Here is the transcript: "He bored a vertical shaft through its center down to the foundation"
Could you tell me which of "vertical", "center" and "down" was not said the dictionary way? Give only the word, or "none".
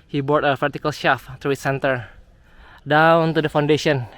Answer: vertical